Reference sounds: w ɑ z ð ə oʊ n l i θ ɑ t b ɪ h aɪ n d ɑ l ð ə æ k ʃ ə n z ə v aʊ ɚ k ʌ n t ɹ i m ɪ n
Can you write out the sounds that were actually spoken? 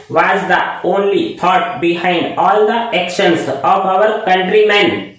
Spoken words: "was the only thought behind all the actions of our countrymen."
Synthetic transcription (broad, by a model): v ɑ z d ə oʊ n l i t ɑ t b ɪ h aɪ n d ɑ l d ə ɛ k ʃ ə n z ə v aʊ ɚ k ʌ n t ɹ i m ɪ n